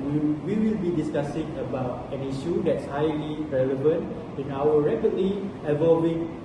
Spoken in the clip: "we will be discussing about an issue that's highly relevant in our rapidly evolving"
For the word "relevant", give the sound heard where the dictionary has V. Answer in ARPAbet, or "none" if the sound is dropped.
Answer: V